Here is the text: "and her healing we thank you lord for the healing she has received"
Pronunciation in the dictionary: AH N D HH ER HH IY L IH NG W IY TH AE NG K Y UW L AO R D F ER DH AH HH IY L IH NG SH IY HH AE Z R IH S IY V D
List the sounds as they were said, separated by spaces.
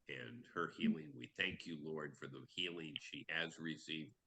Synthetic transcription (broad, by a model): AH N HH ER HH IY L IH NG W IY TH AE NG K Y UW L AO R D F ER DH AH HH IY L IH NG SH IY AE Z R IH S IY V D